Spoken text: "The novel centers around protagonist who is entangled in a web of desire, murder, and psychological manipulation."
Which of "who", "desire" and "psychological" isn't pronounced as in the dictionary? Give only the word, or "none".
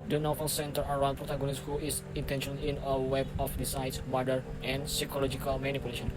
desire